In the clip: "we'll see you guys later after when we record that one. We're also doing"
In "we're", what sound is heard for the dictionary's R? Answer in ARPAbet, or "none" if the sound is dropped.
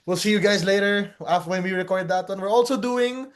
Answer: R